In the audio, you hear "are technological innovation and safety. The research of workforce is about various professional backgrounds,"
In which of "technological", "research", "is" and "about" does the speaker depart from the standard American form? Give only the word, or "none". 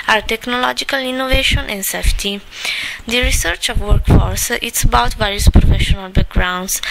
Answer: is